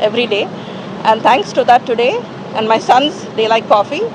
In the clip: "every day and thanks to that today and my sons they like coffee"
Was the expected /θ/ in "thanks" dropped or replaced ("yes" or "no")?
yes